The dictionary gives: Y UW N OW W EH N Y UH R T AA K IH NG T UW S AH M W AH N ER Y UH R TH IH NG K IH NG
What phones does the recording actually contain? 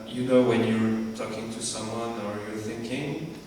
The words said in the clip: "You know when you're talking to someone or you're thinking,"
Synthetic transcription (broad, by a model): Y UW N OW W EH N Y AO R T AA K IH NG T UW S AH M W AH N ER Y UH R TH IH NG K IH NG